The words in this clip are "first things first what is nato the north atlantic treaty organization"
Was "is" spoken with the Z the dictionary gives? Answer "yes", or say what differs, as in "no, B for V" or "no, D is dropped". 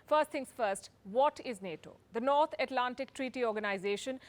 yes